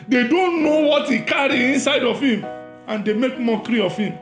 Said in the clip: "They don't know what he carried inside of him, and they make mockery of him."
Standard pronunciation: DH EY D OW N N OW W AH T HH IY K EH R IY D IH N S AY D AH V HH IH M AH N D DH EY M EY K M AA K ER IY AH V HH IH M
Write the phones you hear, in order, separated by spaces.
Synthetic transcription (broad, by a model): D EY D OW N N OW W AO T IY K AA R IY IH N S AY D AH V HH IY M AH N D EY M EY K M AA K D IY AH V HH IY M